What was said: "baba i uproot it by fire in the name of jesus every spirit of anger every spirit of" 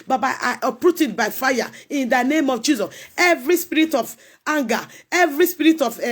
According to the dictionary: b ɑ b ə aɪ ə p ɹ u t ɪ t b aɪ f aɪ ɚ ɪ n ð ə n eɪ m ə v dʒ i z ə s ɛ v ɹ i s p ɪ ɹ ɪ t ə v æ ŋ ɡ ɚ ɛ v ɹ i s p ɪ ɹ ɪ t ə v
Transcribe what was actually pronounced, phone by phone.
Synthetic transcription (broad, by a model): b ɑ b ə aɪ ə p ɹ u t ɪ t b aɪ f aɪ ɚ ɪ n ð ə n eɪ m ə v dʒ i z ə s ɛ v ɹ i s p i ɹ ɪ t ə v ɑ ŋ ɡ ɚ ɛ v ɹ i s p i ɹ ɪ t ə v